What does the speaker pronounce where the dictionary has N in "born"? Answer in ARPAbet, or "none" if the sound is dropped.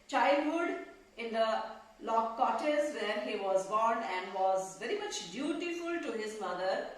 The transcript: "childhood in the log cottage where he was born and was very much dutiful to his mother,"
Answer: N